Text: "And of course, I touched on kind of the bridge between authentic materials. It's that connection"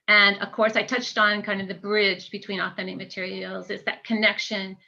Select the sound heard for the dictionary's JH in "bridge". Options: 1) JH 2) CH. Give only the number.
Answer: 1